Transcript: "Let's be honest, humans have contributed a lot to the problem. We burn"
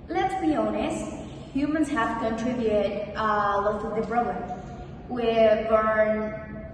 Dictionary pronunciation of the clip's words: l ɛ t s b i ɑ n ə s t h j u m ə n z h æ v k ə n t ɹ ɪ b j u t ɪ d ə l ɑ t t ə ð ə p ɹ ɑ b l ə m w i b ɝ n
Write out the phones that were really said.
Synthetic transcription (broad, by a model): l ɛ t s b i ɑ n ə s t h j u m ə n z h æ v k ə n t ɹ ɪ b j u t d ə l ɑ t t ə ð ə b ɹ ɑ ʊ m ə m w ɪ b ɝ n